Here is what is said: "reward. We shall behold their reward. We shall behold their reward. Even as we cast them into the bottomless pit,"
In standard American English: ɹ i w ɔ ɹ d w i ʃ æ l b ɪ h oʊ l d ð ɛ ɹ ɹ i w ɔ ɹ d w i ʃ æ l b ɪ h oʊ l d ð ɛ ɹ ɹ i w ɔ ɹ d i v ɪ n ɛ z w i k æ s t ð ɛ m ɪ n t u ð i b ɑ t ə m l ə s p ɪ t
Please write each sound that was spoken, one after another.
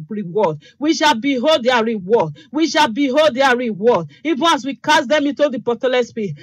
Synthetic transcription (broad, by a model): ɹ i w ɔ d w i ʃ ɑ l b ɪ h oʊ l d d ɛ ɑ ɹ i w ɔ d w i ʃ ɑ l b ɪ h oʊ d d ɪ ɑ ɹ ɹ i w ɔ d i v ɪ n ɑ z w i k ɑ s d ɛ m ɪ n t u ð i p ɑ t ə l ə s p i